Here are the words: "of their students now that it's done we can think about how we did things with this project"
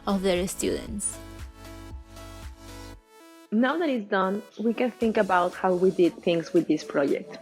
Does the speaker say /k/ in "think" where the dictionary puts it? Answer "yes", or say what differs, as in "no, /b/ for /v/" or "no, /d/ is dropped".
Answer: yes